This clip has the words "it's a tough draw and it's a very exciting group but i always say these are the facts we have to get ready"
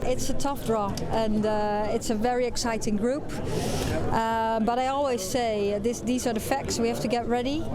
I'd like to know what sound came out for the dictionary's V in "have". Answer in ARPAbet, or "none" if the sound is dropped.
F